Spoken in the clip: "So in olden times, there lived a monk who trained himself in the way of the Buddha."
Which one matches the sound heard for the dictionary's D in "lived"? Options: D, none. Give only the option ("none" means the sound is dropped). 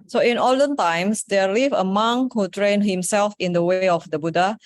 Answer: none